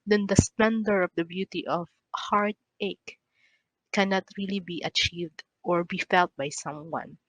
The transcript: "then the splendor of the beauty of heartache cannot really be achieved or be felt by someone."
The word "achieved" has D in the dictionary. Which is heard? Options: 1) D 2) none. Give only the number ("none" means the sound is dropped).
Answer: 1